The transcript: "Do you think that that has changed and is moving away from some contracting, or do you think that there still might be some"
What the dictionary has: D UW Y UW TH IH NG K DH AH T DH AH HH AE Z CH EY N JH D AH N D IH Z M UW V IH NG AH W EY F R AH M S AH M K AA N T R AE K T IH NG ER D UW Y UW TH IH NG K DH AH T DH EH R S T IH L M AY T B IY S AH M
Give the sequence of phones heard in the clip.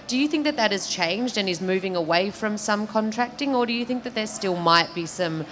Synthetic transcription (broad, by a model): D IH Y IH TH IH NG K DH AH T DH AH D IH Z CH EY N JH D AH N IH Z M UW V IH NG AH W EY F R AH M S AH M K AA N T R AE K T IH NG ER D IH Y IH TH IH NG K DH AH T DH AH R S T IH L M AY T B IY S AH M